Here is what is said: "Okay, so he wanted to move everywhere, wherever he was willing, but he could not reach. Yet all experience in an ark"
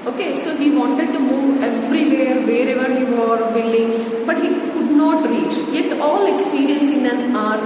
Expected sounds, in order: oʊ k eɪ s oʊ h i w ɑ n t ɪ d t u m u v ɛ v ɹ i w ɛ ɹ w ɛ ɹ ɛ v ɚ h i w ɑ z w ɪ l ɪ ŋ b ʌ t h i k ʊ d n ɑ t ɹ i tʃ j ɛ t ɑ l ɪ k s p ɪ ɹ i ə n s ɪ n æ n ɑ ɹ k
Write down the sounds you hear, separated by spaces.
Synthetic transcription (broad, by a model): oʊ k eɪ s oʊ h i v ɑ n t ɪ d t u m u v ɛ v ɹ i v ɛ ɹ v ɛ ɹ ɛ v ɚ h i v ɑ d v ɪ l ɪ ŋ b ʌ t h i k ʊ d n ɑ t ɹ i tʃ j ɛ t ɑ l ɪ k s p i ɹ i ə n s ɪ n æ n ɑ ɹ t